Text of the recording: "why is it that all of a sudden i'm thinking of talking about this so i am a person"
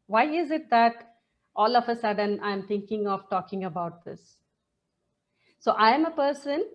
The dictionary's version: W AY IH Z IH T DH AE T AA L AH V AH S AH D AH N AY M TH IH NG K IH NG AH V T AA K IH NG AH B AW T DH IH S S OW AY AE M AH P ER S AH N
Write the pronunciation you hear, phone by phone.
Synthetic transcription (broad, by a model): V AY IH Z IH T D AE T AA L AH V AH S AH D AH N AY M T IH NG K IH NG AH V T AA K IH NG AH B AW T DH IH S S OW AY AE M AH P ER S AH N